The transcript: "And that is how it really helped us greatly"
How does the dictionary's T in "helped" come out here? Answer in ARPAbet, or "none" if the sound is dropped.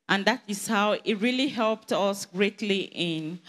T